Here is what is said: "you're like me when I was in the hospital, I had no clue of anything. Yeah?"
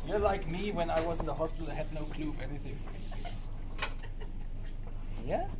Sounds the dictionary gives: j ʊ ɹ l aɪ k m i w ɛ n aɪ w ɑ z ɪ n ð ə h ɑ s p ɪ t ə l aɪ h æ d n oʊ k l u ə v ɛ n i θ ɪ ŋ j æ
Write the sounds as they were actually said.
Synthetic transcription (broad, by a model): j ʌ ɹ l aɪ k m i w ɛ n aɪ w ɑ z ɪ n ð ə h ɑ s p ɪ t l aɪ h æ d n oʊ k l u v ɛ n i θ ɪ ŋ j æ